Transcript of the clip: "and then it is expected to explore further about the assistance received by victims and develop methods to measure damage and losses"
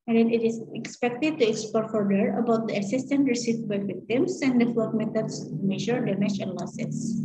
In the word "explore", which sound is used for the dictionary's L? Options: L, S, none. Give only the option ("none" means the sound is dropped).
none